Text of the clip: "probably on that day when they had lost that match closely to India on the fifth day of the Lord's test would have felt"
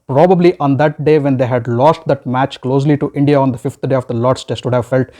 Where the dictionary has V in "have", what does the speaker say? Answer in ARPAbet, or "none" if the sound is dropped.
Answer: V